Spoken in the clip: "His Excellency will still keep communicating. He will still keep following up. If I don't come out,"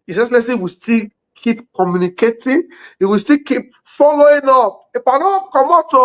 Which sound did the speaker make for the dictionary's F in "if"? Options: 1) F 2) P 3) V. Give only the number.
2